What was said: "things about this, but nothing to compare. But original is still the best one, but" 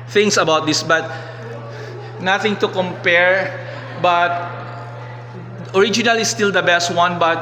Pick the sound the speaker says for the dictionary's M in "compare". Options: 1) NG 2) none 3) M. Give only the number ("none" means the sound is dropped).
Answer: 3